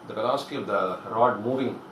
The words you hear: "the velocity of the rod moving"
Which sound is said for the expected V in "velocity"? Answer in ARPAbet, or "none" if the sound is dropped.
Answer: P